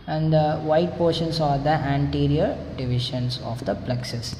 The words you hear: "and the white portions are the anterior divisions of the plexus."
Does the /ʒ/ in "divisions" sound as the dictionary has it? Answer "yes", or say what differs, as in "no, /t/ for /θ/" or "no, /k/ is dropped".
no, /ʃ/ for /ʒ/